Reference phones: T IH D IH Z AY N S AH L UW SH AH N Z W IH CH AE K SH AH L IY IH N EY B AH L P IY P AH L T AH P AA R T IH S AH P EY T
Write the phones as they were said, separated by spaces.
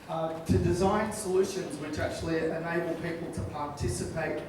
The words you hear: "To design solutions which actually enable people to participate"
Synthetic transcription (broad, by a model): T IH D IH Z AY N S AH L UW SH AH N Z W IH CH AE K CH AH L IY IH N EY B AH L P IY P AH L T AH P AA R T IH S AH P EY T